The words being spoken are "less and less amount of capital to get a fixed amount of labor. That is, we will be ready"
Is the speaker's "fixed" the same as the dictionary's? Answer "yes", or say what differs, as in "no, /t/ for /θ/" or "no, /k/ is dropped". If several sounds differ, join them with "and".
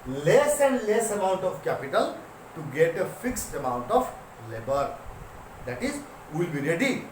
yes